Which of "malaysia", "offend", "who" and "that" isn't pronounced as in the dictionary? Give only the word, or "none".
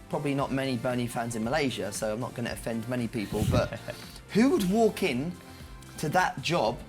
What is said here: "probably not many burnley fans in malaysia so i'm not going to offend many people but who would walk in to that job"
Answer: none